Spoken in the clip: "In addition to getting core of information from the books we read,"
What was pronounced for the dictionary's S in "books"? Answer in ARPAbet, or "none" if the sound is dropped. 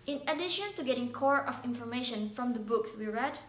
S